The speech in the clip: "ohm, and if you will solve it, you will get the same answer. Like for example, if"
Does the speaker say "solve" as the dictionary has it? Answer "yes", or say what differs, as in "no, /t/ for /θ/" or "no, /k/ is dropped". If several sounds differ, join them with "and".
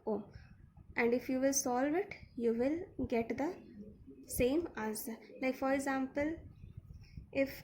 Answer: yes